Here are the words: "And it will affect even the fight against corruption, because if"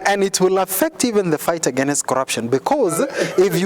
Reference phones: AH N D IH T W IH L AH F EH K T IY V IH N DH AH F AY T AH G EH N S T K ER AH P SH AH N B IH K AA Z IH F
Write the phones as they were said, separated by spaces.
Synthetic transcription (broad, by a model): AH N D IH T W IH L AH F EH K T IY V IH N DH AH F AY T AH G EH N S T K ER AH P SH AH N B IH K AA Z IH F